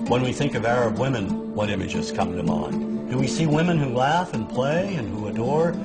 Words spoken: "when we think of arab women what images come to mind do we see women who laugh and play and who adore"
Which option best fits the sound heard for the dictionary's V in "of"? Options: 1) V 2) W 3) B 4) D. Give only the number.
1